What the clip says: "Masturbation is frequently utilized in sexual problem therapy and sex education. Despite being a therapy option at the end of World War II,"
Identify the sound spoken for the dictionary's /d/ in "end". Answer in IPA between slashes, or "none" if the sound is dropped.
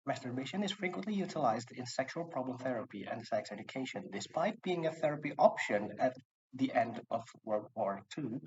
/d/